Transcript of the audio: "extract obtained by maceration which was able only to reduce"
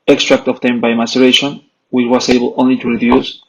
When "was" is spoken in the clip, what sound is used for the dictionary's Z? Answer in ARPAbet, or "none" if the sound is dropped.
S